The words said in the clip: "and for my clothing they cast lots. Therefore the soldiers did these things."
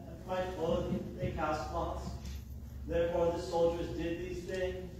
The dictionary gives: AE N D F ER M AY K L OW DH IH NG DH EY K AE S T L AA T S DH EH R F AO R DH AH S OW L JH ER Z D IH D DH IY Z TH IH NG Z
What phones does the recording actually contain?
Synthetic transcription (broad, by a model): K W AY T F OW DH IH DH EY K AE S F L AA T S DH EH R F AO R DH AH S OW L JH ER Z D IH D DH IY Z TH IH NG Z